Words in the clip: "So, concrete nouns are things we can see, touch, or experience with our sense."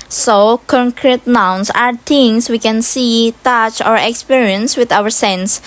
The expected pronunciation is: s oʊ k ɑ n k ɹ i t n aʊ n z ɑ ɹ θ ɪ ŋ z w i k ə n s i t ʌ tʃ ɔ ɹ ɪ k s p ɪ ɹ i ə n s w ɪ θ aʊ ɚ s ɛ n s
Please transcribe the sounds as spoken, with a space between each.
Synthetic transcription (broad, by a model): s oʊ k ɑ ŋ k ɹ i t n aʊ n s ɑ ɹ t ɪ ŋ s w i k ə n s i t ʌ tʃ ɔ ɹ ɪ k s p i ɹ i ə n s w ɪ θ aʊ ɚ s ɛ n s